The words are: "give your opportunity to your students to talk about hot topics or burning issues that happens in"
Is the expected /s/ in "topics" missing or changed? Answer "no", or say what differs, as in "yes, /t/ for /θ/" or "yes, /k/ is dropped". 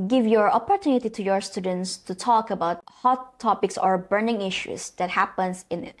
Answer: no